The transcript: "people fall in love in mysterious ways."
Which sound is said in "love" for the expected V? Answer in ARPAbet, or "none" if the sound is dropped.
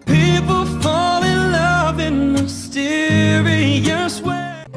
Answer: V